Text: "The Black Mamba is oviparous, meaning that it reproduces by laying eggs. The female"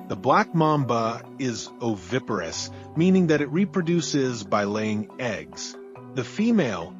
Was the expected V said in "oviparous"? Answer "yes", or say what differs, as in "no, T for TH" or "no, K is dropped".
yes